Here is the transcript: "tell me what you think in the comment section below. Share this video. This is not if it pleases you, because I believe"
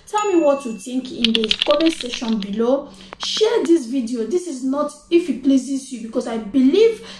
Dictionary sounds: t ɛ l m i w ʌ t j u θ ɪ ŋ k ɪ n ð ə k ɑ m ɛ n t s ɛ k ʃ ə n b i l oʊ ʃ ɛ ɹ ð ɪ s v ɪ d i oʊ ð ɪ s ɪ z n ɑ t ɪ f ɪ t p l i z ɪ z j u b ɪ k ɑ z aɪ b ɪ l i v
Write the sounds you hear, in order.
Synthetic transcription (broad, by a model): t ɛ l m i w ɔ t j u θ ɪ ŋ k ɪ n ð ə k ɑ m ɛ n s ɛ ʃ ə n b i l oʊ ʃ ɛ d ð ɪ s v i d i oʊ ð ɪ s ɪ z n ɑ t ɪ f ɪ t p l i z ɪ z j u b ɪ k ɑ s aɪ b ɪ l i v